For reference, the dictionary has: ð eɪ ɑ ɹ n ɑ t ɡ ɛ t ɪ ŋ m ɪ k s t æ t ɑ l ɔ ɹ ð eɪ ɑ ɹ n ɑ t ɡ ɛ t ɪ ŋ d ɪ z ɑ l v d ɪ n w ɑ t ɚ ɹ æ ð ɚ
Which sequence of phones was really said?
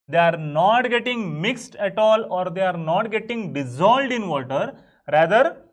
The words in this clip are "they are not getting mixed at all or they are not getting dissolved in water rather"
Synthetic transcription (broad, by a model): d eɪ ɑ ɹ n ɑ t ɡ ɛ t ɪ ŋ m ɪ k s t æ t ɑ l ɔ ɹ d eɪ ɑ ɹ n ɑ t ɡ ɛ t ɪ ŋ d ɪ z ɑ l d ɪ n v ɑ t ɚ ɹ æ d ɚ